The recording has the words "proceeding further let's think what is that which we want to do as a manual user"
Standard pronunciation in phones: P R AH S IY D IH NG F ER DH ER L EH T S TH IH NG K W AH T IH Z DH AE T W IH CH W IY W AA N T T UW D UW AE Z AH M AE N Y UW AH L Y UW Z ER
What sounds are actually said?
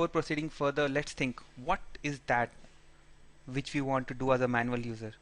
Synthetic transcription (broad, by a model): P R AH S IY D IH NG F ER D ER L EH T S T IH NG K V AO T IH Z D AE T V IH CH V IY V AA N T T UW D UW AE Z AH M AE N Y UW AH L Y UW Z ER